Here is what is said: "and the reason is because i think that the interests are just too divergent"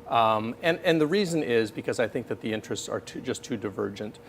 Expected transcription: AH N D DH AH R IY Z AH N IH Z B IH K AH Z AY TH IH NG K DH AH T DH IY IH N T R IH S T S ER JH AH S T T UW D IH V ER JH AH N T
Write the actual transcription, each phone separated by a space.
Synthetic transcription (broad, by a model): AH N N DH AH R IY Z AH N IH Z B IH K AH Z AY TH IH NG K DH AH T DH IY IH N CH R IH S T S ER JH AH S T T UW D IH V ER JH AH N T